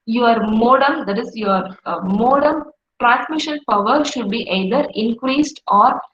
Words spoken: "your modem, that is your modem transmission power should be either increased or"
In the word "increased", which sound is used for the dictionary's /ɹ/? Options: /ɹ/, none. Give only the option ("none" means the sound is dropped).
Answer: /ɹ/